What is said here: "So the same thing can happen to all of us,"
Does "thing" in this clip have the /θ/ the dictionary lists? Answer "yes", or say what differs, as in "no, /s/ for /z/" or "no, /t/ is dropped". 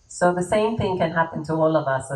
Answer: yes